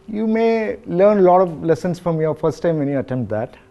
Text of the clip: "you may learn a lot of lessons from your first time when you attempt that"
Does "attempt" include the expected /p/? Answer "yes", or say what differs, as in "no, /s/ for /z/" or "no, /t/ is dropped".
yes